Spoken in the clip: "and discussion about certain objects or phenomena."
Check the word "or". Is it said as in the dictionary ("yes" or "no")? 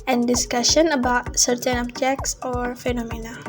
yes